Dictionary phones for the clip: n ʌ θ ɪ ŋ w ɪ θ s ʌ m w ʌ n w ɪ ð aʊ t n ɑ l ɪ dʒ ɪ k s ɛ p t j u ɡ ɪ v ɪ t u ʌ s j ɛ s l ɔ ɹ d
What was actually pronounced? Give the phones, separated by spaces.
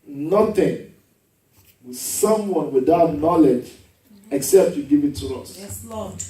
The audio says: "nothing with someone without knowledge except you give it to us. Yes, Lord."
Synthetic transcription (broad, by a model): n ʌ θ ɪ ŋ w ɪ s ʌ m w ʌ n w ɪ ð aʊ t n ɑ l ɪ dʒ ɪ k s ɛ p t j u ɡ ɪ v ɪ t u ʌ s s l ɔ